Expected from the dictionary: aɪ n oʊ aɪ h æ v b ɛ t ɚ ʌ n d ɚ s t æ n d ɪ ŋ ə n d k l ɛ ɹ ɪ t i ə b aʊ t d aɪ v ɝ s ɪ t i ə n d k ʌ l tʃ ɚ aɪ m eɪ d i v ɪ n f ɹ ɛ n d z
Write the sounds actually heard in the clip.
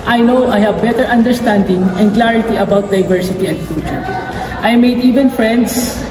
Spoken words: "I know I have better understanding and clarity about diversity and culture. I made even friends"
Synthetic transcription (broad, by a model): aɪ n oʊ aɪ h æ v b ɛ t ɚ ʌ n d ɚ s t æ n d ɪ ŋ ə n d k l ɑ ɹ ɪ t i ə b aʊ t d aɪ v ɝ s ɪ t i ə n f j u tʃ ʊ aɪ m eɪ d i v ɪ n f ɹ ɛ n d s